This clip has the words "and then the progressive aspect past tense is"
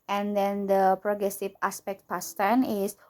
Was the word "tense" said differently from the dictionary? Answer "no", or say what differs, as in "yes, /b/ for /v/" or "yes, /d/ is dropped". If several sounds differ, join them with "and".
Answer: yes, /s/ is dropped